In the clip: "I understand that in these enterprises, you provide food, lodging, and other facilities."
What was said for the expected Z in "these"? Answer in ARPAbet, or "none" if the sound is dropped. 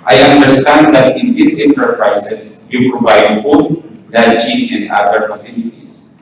S